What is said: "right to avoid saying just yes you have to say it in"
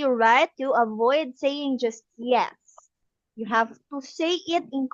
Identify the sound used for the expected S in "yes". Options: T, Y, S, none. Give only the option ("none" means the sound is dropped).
S